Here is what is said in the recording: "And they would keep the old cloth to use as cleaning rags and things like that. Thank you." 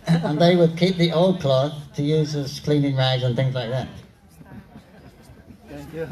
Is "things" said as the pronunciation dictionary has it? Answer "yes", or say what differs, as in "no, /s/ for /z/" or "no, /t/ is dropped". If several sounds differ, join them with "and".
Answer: yes